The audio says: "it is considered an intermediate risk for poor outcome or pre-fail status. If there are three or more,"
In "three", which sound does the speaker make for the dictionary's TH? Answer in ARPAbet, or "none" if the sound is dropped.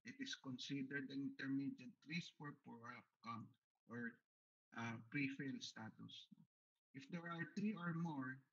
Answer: T